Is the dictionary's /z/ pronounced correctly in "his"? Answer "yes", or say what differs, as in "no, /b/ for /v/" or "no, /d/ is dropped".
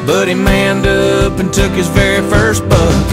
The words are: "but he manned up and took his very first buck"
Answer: yes